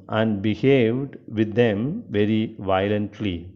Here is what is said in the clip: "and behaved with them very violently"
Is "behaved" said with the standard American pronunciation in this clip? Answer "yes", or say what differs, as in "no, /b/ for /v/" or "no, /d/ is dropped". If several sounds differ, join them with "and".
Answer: yes